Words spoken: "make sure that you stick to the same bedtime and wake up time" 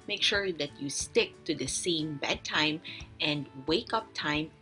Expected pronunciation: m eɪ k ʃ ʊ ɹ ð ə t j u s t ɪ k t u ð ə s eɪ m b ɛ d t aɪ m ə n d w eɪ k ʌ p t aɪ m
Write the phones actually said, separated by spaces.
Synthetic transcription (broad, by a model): m eɪ k ʃ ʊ ɹ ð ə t j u s t ɪ k t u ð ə s eɪ m b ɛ d t aɪ m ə n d w eɪ k ʌ p t aɪ m